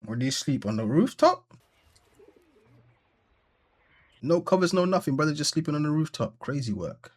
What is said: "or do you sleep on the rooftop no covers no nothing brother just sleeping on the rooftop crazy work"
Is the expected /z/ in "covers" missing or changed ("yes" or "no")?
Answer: no